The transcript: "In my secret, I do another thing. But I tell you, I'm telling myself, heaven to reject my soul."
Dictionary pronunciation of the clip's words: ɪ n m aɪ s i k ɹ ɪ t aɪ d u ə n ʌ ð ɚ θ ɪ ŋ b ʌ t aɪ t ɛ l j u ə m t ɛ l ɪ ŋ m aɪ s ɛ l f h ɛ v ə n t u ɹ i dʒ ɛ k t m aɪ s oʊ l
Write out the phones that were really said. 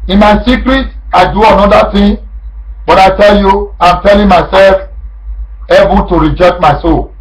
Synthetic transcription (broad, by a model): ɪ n m aɪ s i k ɹ ɪ t aɪ d u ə n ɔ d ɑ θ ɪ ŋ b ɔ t aɪ t ɛ l j u ə m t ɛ l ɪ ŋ m aɪ s ɛ l f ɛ b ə t u ɹ i dʒ ɛ k t m aɪ s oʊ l